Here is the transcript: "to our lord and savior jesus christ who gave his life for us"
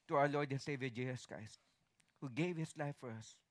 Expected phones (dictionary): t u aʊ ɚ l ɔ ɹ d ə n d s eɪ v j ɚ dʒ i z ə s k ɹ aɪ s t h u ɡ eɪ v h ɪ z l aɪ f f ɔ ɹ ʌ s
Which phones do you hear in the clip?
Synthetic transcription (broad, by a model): t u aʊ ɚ l ɔ ɹ d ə n s eɪ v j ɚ dʒ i s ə s k ɹ aɪ s t h u ɡ eɪ v h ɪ s l aɪ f f ɔ ɹ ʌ s